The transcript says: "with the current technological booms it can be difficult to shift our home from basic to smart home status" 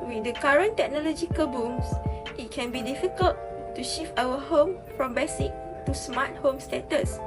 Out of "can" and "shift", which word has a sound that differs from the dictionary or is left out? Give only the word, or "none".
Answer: shift